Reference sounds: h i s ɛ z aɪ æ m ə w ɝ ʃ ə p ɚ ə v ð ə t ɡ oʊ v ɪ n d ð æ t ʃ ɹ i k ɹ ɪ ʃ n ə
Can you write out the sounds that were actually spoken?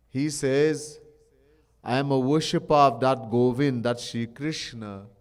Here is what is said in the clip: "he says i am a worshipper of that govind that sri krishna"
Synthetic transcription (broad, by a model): h i s ɛ z aɪ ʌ m ə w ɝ ʃ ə p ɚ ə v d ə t ɡ oʊ v ɪ n d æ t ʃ i k ɹ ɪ ʃ n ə